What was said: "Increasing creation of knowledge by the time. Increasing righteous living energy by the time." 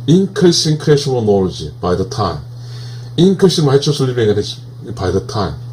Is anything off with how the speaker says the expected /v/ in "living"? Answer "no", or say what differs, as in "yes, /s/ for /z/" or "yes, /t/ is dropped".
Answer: yes, /b/ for /v/